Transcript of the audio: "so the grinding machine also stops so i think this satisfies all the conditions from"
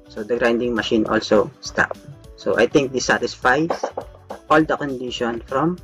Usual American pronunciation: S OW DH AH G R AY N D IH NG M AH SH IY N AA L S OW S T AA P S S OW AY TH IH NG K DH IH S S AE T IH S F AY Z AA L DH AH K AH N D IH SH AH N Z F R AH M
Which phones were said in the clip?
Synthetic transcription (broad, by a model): S OW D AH G R AY N D IH NG M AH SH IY N AA L S OW S T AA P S S OW AY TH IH NG K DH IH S S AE T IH S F AY S AA L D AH K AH N D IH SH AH N F R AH M